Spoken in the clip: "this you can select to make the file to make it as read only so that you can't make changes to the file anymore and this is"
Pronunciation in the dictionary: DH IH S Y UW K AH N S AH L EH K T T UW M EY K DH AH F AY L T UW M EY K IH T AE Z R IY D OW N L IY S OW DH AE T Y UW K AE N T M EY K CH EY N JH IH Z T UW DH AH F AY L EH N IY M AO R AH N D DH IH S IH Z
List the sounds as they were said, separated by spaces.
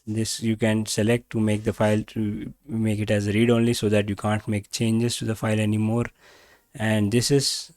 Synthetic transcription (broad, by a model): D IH S Y UW K AH N S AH L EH K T T UW M EY K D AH F AY L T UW M EY K IH T AE Z R IY D OW N L IY S OW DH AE T Y UW K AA N T M EY K CH EY N JH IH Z T UW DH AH F AY L EH N IY M AO R AH N D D IH S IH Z